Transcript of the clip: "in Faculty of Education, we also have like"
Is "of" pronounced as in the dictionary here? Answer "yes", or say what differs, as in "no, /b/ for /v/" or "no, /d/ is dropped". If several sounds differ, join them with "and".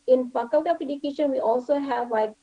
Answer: no, /p/ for /v/